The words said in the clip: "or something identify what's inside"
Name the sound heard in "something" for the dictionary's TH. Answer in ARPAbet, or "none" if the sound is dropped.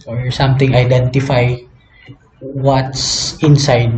T